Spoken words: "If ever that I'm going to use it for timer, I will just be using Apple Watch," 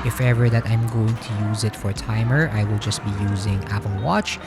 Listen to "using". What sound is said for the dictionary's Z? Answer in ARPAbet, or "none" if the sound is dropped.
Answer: Z